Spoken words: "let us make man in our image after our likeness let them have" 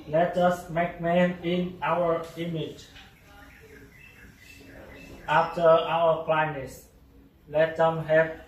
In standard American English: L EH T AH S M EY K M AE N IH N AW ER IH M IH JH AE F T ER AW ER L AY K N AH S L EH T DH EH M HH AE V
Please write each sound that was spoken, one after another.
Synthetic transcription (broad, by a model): L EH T AH S M EY K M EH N IH N AW ER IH M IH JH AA F T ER AW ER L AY N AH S L EH T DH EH M HH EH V